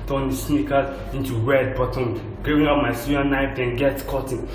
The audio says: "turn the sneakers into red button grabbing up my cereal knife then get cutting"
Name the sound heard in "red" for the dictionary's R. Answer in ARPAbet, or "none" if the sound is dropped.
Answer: W